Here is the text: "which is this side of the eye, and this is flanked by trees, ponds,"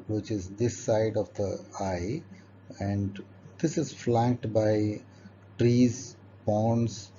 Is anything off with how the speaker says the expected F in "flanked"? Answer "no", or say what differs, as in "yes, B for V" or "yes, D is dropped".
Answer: no